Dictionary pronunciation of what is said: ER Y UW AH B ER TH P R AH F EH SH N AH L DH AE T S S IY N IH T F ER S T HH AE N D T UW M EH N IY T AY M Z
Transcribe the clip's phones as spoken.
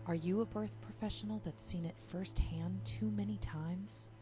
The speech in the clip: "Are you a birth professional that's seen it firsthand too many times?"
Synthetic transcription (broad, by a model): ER Y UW AH B ER TH P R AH F EH SH N L DH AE T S S IY N IH T F ER S T HH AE N T UW M EH N IY T AY M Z